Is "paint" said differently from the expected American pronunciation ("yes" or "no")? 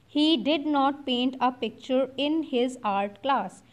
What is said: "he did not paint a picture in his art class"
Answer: no